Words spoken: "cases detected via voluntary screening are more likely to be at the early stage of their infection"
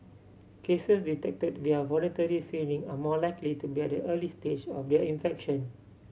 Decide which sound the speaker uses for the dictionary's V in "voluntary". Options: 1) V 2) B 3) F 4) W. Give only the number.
1